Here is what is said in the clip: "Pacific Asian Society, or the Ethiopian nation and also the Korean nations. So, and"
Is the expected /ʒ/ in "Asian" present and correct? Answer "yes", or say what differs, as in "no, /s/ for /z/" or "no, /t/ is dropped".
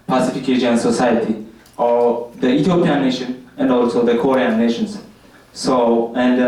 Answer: no, /ʃ/ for /ʒ/